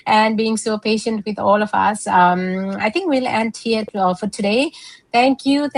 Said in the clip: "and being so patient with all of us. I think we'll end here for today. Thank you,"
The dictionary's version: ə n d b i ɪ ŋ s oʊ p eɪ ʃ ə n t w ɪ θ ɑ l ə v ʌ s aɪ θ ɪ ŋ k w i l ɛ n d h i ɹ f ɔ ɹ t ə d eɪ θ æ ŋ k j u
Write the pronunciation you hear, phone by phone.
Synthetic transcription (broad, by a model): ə n d b i ɪ ŋ s oʊ p eɪ ʃ ə n t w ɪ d ɑ l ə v ʌ s aɪ t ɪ ŋ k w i l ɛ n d h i ɹ f ɔ ɹ t ə d eɪ t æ ŋ k j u